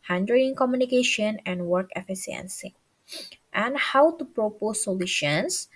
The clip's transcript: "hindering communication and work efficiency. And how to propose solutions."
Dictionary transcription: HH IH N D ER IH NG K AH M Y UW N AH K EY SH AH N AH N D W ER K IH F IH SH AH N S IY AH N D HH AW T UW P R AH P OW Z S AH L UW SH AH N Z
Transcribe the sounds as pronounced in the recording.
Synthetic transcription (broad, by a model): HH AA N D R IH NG K AH M Y UW N AH K EY SH AH N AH N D W ER K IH F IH S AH N S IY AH N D HH AW T UW P R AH P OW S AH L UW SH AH N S